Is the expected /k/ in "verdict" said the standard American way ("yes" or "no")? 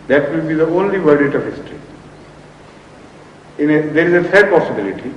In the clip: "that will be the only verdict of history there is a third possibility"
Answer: no